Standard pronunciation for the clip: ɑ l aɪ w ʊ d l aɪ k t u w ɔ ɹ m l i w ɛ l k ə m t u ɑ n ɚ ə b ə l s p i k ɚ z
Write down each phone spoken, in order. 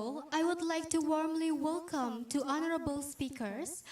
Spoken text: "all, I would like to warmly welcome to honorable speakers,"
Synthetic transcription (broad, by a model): ɑ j w ʊ d l aɪ k t u w ɔ ɹ m l i w ɛ l k ə m t u ɑ n ɚ ə b ə l s p i k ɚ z